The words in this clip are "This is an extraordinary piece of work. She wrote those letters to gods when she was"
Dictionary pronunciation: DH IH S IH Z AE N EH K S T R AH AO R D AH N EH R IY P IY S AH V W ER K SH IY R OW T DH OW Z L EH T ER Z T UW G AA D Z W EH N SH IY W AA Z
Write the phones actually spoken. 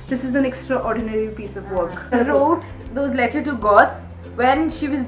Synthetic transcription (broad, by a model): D IH S IH Z AE N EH K S T R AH AO R D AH N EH R IY P IY S AH V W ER K R OW T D OW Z L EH T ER T UW G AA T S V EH N SH IY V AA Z